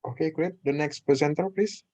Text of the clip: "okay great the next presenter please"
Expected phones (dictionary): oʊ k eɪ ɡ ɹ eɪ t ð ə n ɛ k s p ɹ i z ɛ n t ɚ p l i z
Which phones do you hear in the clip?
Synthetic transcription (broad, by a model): oʊ k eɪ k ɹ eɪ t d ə n ɛ k s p i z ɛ n t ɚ p l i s